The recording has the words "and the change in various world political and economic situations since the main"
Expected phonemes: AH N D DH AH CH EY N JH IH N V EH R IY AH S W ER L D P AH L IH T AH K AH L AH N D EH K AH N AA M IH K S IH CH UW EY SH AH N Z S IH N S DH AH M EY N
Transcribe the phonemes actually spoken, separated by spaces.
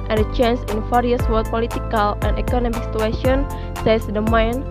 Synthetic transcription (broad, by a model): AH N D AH CH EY N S IH N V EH R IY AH S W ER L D P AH L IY T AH K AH L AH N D EH K AH N AA M IH K S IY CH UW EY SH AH N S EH S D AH M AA N